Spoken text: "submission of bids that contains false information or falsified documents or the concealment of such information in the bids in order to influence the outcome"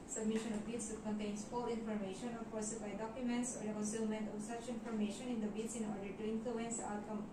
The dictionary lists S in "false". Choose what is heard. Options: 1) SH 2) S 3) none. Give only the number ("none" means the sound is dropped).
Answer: 3